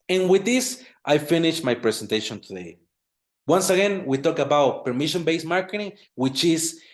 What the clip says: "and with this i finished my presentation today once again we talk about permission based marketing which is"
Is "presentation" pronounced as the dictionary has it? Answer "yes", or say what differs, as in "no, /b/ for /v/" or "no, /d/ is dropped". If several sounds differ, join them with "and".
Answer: no, /s/ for /z/